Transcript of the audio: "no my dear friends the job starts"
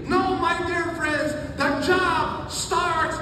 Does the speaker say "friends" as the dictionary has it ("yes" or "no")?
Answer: yes